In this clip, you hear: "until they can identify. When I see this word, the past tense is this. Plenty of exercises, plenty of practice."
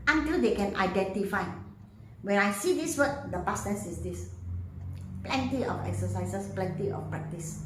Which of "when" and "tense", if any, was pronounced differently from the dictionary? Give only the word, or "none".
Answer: tense